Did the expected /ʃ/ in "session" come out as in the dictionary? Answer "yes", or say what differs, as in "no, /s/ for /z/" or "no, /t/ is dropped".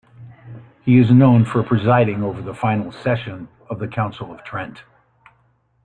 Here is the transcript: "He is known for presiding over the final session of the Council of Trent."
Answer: yes